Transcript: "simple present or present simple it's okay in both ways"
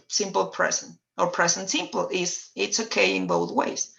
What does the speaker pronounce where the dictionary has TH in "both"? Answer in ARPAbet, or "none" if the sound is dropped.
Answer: TH